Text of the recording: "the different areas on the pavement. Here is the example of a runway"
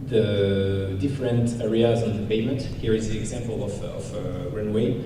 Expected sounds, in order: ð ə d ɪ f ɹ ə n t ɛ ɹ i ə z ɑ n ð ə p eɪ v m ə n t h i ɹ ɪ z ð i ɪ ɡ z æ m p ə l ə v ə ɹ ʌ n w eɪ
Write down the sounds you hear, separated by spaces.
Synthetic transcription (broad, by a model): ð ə d ɪ f ɹ ə n t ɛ ɹ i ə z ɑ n ð ə p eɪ m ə n t h i ɹ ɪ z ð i ɪ ɡ z æ m p ə l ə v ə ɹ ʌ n w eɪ